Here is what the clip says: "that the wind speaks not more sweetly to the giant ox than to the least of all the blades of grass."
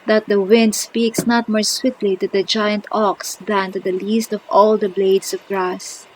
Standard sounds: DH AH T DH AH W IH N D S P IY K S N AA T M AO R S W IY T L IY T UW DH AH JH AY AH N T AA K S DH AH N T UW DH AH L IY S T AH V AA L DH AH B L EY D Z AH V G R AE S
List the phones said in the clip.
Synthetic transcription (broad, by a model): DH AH T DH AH W IH N D S P IY K S N AA T M AO R S W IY T L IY T UW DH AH JH AY AH N T AA K S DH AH N T UW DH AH L IY S T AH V AA L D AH B L EY D S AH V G R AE S